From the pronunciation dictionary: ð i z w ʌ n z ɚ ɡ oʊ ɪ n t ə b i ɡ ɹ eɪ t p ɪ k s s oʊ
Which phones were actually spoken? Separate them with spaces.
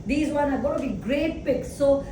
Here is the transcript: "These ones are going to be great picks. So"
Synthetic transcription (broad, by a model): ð i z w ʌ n ɚ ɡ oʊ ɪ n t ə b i ɡ ɹ eɪ t p ɪ k s s oʊ